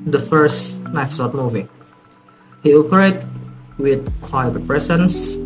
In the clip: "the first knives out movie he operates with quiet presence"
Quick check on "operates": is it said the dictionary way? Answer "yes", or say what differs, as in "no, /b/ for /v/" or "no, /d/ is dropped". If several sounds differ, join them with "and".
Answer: no, /s/ is dropped